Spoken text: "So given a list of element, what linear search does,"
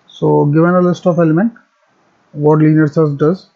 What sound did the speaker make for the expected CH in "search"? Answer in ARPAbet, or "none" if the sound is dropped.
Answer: S